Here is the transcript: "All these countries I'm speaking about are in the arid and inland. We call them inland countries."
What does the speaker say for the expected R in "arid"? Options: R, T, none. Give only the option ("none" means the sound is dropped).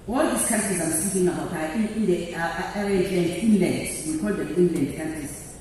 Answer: none